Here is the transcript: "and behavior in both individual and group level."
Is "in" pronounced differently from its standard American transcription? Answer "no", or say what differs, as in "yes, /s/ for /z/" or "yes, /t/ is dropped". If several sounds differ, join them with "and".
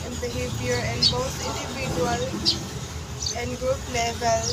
no